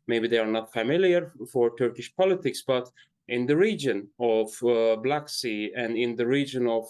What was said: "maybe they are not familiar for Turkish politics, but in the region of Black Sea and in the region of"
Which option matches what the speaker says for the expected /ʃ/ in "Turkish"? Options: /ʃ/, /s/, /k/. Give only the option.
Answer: /ʃ/